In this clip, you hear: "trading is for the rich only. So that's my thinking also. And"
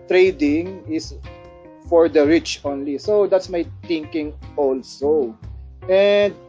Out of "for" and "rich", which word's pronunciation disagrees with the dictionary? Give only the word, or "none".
none